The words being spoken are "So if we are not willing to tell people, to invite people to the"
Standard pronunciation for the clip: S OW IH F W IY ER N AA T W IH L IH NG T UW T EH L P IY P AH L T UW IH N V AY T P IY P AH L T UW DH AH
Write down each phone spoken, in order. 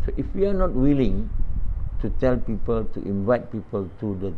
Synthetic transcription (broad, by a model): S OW IH F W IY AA N AA T W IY L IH NG T UW T EH L P IY P AH L T UW IH N V AY T P IY P AH L T UW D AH